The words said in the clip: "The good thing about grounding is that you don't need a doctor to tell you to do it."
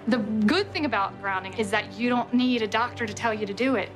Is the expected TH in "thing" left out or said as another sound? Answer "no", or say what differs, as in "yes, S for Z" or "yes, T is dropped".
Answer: no